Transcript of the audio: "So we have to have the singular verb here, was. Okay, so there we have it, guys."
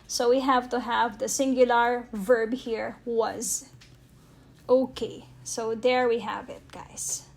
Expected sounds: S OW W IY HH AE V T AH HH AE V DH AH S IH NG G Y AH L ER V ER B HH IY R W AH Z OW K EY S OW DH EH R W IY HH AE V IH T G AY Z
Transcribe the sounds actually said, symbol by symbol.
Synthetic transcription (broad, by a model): S OW W IY HH AE V T AH HH AE V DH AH S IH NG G Y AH L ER V ER B HH IY R W AH Z OW K EY S OW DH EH R W IY HH AE V IH T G AY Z